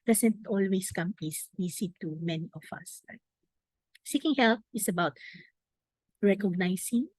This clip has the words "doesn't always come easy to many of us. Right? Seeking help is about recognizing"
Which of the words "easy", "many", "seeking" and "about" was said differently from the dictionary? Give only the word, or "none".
easy